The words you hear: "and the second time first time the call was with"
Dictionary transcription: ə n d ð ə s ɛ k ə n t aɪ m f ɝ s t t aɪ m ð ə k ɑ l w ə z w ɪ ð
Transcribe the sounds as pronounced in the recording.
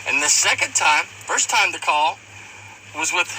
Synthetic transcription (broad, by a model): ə n ð ə s ɛ k ə n t aɪ m f ɝ s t t aɪ m ð ə k ɑ l w ə z w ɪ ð